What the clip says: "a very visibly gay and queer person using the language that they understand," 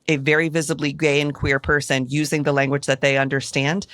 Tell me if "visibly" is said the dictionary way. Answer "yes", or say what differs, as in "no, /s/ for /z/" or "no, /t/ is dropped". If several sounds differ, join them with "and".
yes